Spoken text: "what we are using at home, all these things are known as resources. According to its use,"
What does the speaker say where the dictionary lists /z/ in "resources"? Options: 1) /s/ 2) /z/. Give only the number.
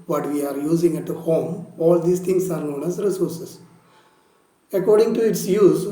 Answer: 1